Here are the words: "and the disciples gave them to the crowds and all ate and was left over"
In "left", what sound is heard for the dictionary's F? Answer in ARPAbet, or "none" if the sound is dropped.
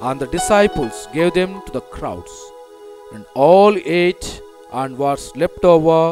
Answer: P